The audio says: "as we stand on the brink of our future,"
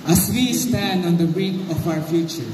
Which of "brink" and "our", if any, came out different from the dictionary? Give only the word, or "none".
brink